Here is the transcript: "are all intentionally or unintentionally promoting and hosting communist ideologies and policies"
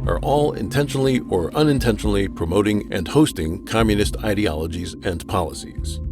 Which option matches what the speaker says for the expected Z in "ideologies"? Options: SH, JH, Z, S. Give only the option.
Z